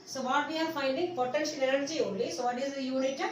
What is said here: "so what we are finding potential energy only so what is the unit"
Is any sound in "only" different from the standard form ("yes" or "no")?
yes